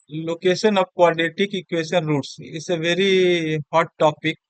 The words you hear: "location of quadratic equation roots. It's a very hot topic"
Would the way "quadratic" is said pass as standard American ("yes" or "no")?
no